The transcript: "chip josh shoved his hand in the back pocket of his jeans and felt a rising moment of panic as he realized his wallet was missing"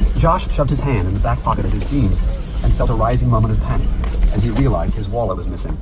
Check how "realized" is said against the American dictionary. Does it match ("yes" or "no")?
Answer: yes